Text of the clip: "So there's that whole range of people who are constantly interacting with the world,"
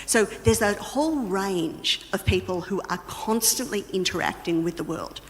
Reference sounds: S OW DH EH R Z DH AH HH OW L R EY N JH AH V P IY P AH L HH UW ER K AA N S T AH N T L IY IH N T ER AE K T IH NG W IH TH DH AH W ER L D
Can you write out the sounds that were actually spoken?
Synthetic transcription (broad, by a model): S OW DH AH R Z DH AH HH OW L R EY N JH AH V P IY P AH L HH UW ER K AA N S T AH N T L IY IH N T ER AE K T IH NG W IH DH AH W ER L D